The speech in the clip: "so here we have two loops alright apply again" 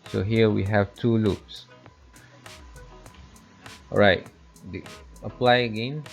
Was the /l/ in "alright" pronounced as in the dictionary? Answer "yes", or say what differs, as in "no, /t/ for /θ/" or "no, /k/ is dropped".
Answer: no, /l/ is dropped